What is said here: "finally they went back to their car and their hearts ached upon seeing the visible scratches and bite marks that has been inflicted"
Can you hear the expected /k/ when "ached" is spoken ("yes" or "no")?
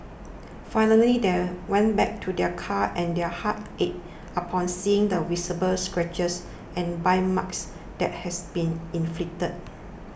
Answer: no